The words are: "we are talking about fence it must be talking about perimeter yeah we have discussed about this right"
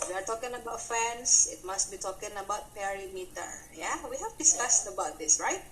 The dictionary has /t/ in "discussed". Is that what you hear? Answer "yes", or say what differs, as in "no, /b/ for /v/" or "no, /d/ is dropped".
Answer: no, /t/ is dropped